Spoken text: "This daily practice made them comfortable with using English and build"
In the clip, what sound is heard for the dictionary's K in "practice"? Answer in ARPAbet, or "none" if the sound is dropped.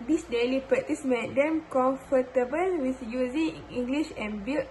none